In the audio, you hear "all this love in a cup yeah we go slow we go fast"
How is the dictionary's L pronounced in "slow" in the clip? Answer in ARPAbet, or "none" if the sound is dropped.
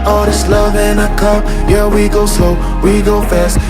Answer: none